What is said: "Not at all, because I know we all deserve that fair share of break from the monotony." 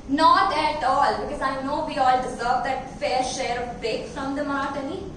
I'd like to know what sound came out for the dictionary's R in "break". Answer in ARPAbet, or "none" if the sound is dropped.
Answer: none